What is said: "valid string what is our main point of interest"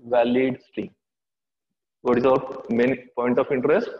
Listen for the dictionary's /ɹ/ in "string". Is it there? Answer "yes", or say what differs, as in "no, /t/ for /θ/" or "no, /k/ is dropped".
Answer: no, /ɹ/ is dropped